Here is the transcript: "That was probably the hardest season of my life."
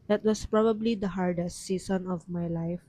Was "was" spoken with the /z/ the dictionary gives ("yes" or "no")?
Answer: no